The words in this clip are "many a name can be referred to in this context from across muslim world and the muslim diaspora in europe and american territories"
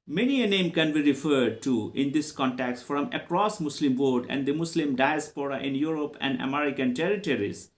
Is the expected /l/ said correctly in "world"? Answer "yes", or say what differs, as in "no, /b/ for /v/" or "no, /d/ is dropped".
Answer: no, /l/ is dropped